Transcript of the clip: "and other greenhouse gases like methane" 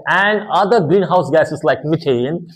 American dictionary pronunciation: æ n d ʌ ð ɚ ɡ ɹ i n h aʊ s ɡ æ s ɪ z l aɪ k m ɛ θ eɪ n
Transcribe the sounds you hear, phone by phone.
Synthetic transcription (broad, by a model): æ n d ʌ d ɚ ɡ ɹ i n h aʊ s ɡ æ ɪ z l aɪ k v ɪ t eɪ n